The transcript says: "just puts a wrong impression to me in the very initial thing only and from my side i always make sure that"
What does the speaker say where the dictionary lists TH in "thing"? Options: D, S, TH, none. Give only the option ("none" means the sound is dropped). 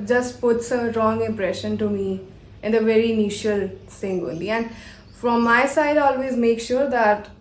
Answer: S